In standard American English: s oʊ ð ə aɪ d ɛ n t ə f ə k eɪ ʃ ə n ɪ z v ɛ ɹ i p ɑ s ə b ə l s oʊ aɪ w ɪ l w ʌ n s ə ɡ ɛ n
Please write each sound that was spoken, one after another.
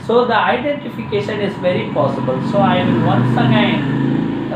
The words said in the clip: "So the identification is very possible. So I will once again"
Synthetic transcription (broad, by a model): s oʊ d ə aɪ d ɛ n t ə f ə k eɪ ʃ ə n ɪ z v ɛ ɹ i p ɑ s ə b ə l s oʊ aɪ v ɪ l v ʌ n s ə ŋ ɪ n